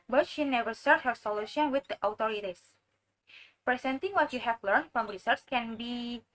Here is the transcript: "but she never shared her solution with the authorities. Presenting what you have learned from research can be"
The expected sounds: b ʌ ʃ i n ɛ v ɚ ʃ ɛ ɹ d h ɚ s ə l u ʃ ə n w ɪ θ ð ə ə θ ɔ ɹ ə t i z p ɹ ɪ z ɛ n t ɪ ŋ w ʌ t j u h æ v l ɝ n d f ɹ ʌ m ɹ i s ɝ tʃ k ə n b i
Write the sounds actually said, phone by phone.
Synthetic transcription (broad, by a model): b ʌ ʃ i n ɛ v ɚ s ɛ ɹ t h ɚ s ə l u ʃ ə n w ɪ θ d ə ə t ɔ ɹ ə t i s p ɹ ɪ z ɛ n t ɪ ŋ w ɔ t j u h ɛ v l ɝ n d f ɹ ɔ m ɹ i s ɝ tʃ k ə n b i